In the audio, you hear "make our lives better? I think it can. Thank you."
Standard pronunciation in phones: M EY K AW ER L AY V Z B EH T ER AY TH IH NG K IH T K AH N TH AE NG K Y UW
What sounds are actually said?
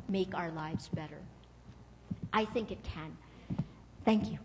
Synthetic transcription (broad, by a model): M EY K AW ER L AY V Z B EH T ER AY TH IH NG K IH T K AH N TH AE NG K Y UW